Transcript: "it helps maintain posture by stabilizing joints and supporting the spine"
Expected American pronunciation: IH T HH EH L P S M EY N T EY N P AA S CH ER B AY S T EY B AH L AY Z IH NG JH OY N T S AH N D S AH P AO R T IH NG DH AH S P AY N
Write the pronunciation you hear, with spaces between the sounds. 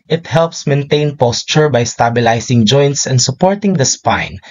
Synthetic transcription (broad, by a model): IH T HH EH L P S M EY N T EY N P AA S CH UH B AY S T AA B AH L AY S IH NG JH OY N T S AH N D S AH P AO R T IH NG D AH S P AY N